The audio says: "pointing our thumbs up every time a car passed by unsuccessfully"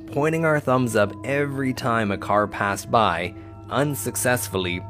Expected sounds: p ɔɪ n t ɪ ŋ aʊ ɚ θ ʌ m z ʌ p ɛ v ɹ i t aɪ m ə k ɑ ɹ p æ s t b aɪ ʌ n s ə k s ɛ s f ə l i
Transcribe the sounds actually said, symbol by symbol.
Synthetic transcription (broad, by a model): p ɔɪ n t ɪ ŋ aʊ ɚ θ ʌ m z ʌ p ɛ v ɹ i t aɪ m ə k ɑ ɹ p æ s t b aɪ ʌ n s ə k s ɛ s f l i